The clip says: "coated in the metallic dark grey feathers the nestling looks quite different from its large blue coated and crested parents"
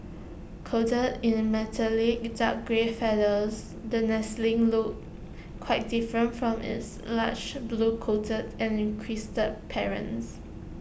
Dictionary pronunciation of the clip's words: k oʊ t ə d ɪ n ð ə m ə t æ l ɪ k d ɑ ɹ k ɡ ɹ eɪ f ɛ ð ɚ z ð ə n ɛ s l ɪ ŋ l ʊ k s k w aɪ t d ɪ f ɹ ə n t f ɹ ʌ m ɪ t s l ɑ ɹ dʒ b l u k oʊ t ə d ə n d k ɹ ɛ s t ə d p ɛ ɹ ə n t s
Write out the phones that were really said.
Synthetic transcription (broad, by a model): k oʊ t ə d ɪ n m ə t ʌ l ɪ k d ɑ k ɡ ɹ eɪ f ɛ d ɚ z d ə n ɛ s l ɪ ŋ l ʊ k k w aɪ t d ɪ f ɹ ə n t f ɹ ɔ m ɪ t s l ɑ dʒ b l u k oʊ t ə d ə n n k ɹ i s t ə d p ɛ ɹ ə n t s